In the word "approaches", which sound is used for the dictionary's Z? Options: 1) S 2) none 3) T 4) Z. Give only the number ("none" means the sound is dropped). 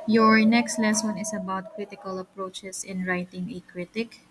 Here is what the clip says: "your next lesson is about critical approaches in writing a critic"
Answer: 1